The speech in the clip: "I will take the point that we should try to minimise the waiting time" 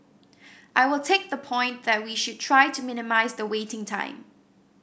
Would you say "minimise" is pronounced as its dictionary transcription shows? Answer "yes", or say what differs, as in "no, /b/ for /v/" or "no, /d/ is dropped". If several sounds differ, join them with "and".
yes